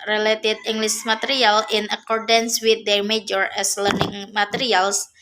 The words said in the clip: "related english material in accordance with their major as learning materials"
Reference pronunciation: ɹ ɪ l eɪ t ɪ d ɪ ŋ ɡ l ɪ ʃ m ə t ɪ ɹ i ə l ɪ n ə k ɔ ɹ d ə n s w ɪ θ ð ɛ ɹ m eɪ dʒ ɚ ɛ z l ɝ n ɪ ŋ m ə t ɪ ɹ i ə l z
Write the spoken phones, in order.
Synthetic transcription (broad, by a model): ɹ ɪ l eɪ t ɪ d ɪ ŋ ɡ l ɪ s m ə t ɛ ɹ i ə l ɪ n ə k ɔ ɹ d ə n s w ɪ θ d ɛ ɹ m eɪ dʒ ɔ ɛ s l ɝ n ɪ ŋ m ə t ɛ ɹ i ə l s